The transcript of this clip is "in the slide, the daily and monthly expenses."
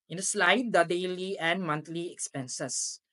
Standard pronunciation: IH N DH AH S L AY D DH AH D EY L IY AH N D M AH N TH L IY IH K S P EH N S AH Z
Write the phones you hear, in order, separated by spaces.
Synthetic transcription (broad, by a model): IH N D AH S L AY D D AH D EY L IY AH N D M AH N T L IY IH K S P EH N S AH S